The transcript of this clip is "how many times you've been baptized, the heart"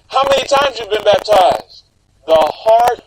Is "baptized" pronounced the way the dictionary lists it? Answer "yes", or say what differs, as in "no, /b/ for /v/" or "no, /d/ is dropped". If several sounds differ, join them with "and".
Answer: yes